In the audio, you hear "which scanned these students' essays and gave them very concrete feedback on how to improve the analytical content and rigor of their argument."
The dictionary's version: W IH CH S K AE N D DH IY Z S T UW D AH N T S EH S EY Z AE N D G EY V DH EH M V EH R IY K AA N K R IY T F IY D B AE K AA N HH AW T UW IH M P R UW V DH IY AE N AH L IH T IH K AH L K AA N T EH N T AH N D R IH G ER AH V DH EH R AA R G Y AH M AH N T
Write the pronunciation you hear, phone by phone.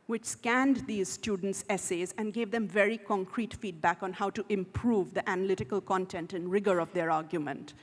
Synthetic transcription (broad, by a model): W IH CH S K AE N D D IY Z S T UW D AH N T S EH S EY Z AE N D G EY V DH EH M V EH R IY K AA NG K R IY T F IY D B AE K AA N HH AW T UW IH M P R UW V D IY AE N AH L IH T IH K AH L K AA N T EH N T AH N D R IH G ER AH V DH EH R AA R G Y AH M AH N T